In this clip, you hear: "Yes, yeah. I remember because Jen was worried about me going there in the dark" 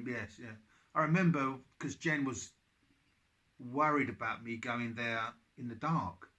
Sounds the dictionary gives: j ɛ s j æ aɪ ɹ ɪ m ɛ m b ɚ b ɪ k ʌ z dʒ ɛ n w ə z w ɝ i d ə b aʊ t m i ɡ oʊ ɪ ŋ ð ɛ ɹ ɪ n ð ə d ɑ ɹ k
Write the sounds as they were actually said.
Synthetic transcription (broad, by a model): j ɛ s j æ aɪ ɹ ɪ m ɛ m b b ɪ k ʌ z dʒ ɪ n w ə z w ɝ i d ə b aʊ t m i ɡ oʊ ɪ ŋ ð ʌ ɹ ɪ n ð ə d ɑ ɹ k